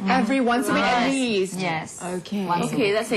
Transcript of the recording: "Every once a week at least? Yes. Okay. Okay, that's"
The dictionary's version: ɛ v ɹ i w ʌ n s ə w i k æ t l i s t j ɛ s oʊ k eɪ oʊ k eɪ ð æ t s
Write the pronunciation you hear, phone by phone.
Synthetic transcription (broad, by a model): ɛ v ɹ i w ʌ n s ə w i ɛ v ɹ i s j ɛ s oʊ k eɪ oʊ k eɪ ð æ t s